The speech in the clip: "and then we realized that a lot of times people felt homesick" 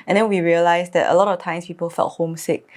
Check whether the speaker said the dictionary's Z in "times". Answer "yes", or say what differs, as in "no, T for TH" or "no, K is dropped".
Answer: no, S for Z